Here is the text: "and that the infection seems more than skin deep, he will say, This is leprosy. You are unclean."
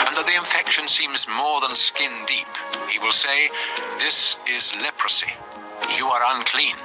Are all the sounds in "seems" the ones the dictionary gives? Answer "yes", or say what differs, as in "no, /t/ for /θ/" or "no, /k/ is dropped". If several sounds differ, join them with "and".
yes